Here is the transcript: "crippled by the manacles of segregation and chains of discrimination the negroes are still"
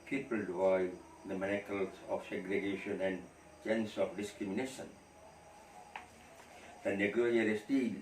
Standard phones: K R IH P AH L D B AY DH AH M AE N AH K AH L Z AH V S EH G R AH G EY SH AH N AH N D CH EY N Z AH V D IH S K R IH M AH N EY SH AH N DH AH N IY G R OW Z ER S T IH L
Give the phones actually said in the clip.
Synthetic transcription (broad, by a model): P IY P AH L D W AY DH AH M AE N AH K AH L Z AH F S EH G R AH G EY SH AH N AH N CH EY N S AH F D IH S K R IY M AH N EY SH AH N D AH N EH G OW ER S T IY